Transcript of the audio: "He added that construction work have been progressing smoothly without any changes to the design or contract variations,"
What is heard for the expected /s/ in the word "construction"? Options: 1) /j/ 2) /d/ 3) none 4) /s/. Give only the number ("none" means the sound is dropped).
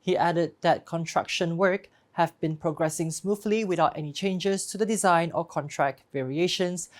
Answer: 3